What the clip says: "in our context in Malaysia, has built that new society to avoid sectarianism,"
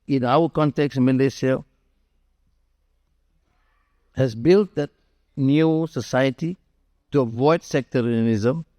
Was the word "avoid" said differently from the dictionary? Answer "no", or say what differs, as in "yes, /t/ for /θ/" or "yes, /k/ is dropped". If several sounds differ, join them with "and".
no